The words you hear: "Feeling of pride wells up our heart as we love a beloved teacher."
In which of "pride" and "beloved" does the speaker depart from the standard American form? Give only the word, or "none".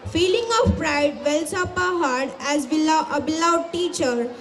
beloved